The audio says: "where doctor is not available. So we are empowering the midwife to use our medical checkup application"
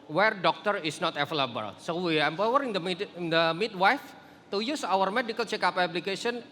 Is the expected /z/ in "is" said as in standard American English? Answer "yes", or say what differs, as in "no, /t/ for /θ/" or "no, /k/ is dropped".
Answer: no, /s/ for /z/